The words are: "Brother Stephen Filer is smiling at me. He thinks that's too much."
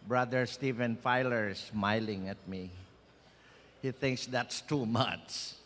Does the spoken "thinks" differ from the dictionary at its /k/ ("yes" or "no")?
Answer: no